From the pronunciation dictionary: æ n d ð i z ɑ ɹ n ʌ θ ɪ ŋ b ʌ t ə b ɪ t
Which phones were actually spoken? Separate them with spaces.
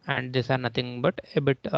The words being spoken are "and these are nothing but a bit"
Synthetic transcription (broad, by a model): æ n d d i s ɑ ɹ n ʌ t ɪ ŋ b ʌ t ə b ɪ t